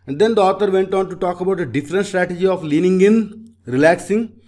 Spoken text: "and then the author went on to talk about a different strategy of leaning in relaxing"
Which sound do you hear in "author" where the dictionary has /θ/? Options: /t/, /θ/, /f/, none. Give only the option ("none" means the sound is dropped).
/t/